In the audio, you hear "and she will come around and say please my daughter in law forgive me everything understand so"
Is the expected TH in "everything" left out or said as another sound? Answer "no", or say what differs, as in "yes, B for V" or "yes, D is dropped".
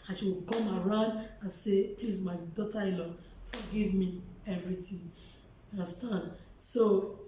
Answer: yes, T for TH